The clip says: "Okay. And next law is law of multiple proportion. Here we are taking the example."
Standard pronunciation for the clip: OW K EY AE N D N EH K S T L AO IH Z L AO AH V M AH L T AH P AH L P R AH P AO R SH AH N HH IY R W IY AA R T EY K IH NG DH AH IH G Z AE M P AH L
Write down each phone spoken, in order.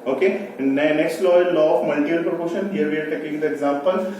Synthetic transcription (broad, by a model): OW K EY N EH N EH K S T L AO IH L AO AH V M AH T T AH AH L P R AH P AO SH AH N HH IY R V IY AA R T EY K IH NG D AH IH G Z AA M P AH L